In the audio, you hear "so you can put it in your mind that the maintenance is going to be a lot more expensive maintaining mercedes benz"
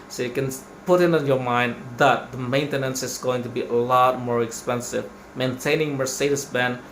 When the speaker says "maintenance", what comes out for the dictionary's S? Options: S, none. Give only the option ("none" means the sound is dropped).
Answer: S